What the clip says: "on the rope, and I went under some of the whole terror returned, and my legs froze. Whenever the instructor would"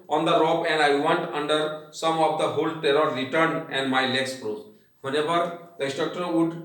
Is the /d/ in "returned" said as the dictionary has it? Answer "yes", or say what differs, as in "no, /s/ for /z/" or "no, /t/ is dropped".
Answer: no, /d/ is dropped